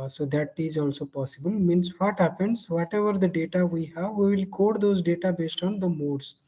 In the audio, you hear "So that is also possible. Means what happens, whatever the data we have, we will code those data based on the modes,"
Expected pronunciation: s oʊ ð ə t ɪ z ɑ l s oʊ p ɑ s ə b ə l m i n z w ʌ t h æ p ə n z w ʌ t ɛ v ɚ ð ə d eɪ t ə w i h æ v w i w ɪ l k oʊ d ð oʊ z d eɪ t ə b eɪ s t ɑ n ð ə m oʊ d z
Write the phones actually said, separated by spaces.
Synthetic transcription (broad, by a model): s oʊ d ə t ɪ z ɑ l s oʊ p ɑ s ə b ə l m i n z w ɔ t h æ p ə n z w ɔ t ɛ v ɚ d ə d eɪ t ə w i h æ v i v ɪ l k oʊ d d oʊ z d eɪ t ə b eɪ s t ɑ n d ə m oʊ d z